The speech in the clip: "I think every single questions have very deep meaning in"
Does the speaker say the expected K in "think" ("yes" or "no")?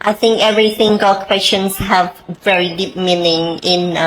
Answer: yes